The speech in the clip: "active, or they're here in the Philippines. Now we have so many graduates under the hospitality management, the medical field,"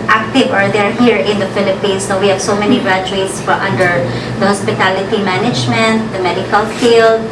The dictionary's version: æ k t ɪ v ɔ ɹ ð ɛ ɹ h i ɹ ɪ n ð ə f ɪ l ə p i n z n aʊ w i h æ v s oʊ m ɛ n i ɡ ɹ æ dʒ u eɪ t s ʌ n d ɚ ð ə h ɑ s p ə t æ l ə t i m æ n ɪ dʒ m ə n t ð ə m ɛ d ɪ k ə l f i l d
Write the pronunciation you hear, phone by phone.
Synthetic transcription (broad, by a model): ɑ k t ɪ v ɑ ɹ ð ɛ ɹ h i ɹ ɪ n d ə f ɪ l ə p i n s n aʊ w i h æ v s oʊ m ɛ n i ɡ ɹ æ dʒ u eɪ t s ʌ n d ɚ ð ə h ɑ s p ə t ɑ l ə t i m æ n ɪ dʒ m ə n t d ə m ɛ d ɪ k ə l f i l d